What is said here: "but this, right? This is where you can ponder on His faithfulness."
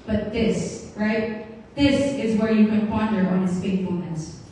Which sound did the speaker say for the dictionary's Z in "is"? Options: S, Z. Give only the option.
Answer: Z